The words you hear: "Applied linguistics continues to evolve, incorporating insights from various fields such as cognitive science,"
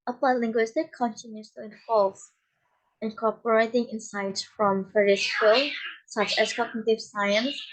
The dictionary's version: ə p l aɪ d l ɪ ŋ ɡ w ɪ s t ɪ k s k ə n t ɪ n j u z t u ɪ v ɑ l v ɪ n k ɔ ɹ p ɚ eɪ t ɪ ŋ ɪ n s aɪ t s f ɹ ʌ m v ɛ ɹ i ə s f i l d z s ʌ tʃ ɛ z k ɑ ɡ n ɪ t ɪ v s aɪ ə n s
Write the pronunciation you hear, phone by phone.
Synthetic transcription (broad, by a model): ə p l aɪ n l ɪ ŋ ɡ w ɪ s t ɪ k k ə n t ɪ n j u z t u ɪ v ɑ l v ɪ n k ɔ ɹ p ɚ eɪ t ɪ ŋ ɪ n s aɪ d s f ɹ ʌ m f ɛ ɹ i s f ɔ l s ʌ tʃ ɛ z k ɑ ɡ n ɪ t ɪ v s aɪ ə n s